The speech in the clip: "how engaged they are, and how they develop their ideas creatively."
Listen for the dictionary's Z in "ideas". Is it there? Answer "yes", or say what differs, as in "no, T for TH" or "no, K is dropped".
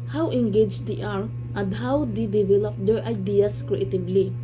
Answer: no, S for Z